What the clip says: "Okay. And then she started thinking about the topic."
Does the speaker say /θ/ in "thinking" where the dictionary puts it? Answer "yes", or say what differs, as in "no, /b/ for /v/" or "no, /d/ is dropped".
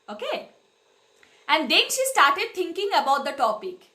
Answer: no, /t/ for /θ/